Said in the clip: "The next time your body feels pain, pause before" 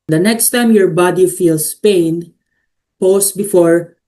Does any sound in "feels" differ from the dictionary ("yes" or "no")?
yes